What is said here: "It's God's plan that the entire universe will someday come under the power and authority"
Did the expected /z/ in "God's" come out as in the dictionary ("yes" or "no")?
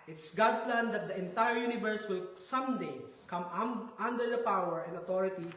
no